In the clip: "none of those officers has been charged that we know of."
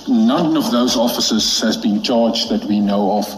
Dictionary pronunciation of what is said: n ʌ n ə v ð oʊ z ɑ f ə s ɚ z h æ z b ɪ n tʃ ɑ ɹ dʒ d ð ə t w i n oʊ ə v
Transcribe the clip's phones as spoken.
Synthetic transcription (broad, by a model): n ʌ n ə v ð oʊ z ɑ f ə s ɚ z h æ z b ɪ n tʃ ɑ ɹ dʒ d ð ə t w i n oʊ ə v